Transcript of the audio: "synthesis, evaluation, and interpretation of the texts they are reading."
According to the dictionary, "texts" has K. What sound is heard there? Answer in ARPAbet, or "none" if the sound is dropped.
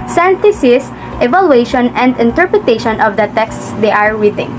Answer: K